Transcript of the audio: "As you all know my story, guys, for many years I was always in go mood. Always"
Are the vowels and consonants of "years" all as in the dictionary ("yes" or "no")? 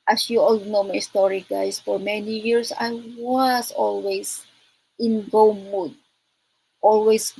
no